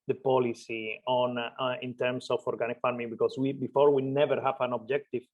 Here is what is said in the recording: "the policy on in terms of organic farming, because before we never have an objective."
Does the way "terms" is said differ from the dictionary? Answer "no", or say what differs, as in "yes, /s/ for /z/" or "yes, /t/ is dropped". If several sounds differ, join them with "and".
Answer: yes, /s/ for /z/